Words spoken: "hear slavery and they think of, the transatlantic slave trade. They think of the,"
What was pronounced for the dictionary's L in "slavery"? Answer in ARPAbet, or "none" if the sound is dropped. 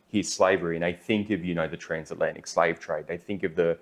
L